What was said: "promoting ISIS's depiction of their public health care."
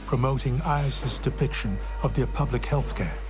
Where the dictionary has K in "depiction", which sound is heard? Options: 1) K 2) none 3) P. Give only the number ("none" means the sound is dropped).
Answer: 1